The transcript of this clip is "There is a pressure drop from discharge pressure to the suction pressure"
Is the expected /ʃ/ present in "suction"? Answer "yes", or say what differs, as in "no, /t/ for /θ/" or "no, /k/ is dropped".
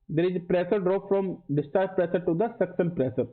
no, /s/ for /ʃ/